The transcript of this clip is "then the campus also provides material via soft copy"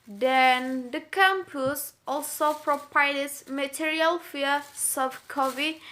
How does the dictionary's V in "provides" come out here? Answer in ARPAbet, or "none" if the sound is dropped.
P